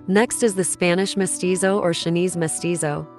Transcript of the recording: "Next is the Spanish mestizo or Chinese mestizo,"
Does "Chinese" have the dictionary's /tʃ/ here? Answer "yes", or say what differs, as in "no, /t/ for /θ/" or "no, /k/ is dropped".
no, /ʃ/ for /tʃ/